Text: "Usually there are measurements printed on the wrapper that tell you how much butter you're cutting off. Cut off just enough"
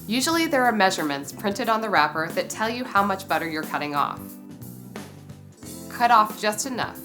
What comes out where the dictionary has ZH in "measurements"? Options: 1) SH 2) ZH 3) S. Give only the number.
2